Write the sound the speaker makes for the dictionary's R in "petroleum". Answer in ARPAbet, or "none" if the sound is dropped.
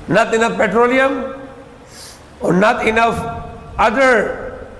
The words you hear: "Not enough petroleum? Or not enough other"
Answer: R